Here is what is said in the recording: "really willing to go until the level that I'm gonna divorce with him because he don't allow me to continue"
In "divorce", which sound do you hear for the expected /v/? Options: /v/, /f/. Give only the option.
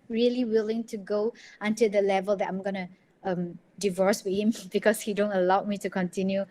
/v/